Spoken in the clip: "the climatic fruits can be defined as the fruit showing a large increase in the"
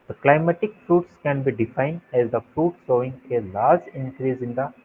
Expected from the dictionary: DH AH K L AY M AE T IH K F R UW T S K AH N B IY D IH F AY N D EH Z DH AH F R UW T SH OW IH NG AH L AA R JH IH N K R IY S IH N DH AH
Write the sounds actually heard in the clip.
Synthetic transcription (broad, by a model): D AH K L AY M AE T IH K F R UW T S K AH N B IY D IH F AY N D EH Z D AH F R UW T S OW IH NG AH L AA R JH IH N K R IY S IH N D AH